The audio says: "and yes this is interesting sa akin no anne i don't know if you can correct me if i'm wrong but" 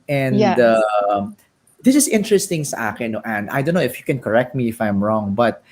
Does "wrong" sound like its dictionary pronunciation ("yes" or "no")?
yes